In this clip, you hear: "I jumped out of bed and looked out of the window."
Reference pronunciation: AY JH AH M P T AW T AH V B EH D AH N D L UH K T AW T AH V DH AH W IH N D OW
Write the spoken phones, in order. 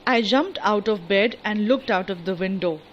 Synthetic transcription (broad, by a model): AY JH AH M P T AW T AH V B EH D AH N D L UH K T AW T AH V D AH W IH N D OW